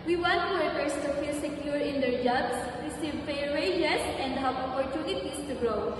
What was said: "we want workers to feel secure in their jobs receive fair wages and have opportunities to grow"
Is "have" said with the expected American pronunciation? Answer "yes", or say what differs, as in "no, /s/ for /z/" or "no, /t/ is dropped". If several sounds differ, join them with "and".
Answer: no, /p/ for /v/